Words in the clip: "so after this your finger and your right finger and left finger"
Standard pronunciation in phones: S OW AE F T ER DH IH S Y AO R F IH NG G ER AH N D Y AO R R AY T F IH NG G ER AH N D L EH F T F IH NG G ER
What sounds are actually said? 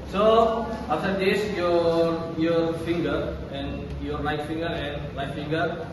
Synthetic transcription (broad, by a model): S OW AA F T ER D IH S Y AO R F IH NG G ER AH N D Y AO R L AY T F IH NG G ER AH N D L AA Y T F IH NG G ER